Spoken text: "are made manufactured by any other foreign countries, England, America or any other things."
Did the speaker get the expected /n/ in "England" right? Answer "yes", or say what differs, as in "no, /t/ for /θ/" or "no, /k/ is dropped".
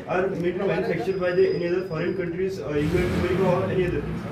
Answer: no, /n/ is dropped